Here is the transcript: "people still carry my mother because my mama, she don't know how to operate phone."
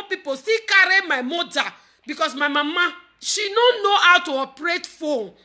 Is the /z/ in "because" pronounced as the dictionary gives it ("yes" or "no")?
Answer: no